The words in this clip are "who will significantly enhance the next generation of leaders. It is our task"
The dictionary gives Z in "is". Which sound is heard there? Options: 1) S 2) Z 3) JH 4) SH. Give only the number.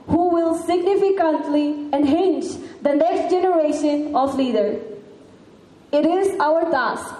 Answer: 2